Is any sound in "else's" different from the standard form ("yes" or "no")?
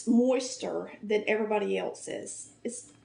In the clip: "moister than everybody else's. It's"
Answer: no